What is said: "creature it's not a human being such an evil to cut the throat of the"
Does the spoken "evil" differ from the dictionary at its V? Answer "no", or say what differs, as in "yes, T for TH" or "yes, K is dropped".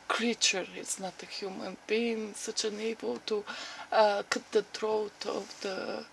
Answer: yes, B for V